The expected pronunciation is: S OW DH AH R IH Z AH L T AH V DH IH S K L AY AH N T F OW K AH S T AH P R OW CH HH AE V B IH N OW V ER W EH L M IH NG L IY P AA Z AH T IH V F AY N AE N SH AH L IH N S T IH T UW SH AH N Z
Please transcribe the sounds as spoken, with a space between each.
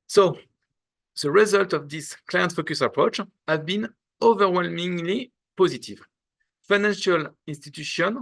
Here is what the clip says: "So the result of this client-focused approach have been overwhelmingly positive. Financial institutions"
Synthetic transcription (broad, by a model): S OW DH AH R IH Z AH L T AH V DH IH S K L AY AH N T F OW K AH S AH P R OW CH HH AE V B IH N OW V ER W EH L M IH NG L IY P AA Z AH T IH V F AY N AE N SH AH L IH N S T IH T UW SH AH N